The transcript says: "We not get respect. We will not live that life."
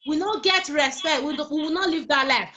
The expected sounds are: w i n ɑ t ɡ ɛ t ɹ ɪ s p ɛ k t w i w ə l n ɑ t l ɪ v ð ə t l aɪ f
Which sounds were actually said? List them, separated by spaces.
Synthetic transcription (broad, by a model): w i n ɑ ɡ ɛ t ɹ ɪ s p ɛ k t w i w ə w n ɑ t l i v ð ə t l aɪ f